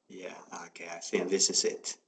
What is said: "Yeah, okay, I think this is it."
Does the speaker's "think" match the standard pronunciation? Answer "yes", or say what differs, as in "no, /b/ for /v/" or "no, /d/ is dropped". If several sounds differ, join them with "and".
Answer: no, /s/ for /θ/